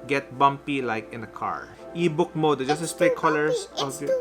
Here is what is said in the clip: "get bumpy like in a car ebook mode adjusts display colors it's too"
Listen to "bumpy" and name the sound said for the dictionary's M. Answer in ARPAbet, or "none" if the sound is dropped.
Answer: M